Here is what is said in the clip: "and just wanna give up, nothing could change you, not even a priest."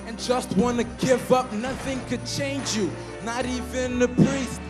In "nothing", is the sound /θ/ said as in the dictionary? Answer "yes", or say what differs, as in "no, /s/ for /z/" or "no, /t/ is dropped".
yes